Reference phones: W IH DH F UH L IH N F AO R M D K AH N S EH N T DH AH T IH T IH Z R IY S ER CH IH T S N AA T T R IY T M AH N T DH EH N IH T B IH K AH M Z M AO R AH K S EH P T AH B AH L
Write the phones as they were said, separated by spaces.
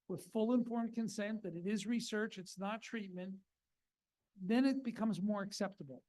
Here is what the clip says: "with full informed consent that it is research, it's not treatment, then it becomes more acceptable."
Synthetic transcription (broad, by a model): W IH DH F UH L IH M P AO R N K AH N S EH N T DH AH T IH T IH Z R IY S ER CH IH T S N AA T T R IY T M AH N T DH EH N IH T B IH K AH M Z M AO R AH K S EH P T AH B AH L